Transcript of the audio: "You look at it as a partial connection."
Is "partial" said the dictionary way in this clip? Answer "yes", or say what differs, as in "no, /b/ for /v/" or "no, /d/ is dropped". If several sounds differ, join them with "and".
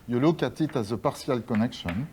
no, /s/ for /ʃ/